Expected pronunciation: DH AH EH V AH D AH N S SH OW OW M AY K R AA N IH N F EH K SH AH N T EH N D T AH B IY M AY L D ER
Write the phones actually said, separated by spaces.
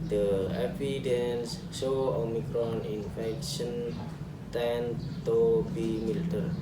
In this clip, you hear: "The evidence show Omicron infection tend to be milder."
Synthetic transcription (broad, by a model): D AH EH F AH D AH N S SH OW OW M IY K R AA N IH N F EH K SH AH N T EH N T AH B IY M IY L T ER